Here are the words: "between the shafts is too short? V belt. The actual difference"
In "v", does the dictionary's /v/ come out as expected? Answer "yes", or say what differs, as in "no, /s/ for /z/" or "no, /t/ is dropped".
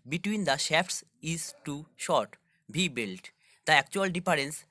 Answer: no, /b/ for /v/